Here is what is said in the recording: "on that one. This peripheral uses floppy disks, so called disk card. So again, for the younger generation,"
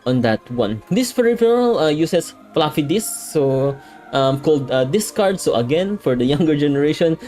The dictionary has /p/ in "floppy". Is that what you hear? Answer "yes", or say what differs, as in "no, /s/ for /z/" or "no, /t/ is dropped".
no, /f/ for /p/